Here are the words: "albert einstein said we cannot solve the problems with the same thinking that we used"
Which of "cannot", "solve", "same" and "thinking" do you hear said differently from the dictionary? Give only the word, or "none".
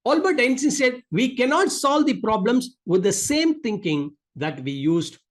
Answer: thinking